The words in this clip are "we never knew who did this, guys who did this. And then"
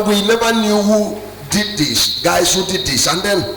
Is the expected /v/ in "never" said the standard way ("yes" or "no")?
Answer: no